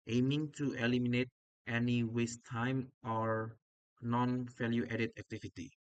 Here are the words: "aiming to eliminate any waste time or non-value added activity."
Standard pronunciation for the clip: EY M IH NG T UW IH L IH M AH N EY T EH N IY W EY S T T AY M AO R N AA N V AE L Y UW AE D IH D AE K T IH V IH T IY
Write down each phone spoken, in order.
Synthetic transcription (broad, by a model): EY M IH NG T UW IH L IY M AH N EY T EH N IY W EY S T T AY M AO R N AA N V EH L Y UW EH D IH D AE K T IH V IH T IY